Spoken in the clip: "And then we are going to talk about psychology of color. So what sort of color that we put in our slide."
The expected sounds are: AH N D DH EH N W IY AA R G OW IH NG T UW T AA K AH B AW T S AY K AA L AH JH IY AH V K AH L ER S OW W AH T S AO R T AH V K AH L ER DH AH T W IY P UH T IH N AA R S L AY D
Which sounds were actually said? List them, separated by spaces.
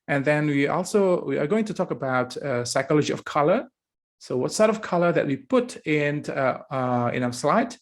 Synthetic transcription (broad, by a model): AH N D DH EH N W IY AA W G OW IH NG T UW T AA K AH B AW T S AY K AA L AH JH IY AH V K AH L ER S OW W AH T S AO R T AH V K AH L ER DH AH T W IY P UH T IH N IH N S L AY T